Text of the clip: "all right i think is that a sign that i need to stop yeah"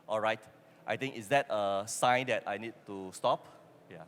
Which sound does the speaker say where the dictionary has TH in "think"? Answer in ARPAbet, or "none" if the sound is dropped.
T